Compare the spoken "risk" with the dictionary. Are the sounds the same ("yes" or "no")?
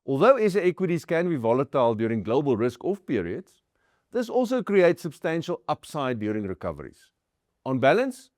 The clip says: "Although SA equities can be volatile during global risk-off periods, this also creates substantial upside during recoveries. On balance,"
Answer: yes